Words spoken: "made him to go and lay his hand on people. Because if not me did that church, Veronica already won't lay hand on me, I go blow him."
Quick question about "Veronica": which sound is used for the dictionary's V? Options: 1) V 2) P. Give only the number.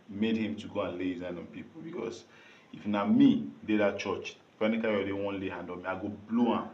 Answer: 2